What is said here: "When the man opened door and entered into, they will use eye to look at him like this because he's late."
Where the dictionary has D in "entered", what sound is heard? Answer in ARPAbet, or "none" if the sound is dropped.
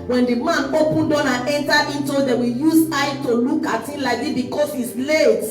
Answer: none